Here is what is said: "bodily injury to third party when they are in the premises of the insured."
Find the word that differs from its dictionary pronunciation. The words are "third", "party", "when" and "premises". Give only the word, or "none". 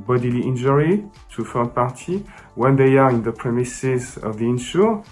third